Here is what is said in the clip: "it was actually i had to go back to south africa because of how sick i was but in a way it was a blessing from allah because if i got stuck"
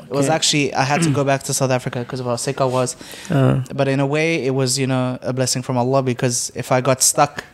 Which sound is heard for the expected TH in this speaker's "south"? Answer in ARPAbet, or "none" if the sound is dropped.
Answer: TH